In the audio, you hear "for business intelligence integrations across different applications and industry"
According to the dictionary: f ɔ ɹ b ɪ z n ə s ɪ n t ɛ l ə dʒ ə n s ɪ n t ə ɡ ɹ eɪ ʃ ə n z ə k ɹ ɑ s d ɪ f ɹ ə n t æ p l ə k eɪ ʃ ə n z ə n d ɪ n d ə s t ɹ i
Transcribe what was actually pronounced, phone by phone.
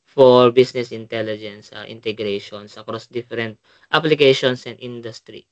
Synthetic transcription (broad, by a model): f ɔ ɹ b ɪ s n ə s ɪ n t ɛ l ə dʒ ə n s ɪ n t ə ɡ ɹ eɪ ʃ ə n s ə k ɹ ɑ s d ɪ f ɹ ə n t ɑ p l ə k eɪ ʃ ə n s ə n d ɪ n d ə s t ɹ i